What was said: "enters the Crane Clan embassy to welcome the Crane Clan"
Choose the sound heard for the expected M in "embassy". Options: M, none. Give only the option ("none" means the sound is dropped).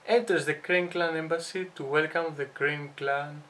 M